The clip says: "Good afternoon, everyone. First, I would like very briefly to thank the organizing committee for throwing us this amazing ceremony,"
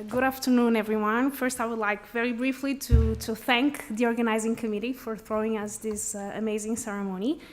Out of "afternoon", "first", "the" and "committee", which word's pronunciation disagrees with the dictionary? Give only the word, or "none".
none